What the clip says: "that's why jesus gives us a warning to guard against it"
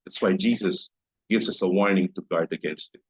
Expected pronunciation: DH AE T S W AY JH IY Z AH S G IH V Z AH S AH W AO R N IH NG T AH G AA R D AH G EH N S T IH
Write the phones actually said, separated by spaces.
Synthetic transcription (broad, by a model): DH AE T S W AY JH IY Z AH S G IH V Z AH S AH W AO R N IH NG T AH G AA R D AH G EH N S T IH